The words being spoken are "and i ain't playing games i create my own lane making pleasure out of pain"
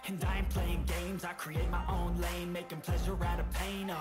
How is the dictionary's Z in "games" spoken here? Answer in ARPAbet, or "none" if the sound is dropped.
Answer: Z